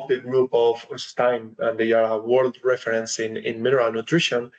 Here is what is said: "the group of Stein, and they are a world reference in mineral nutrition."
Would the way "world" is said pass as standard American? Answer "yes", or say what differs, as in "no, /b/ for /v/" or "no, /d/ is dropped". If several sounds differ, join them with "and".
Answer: yes